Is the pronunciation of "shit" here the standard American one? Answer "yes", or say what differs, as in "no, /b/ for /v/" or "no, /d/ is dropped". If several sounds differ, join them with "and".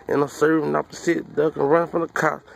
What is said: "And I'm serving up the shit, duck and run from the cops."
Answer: no, /s/ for /ʃ/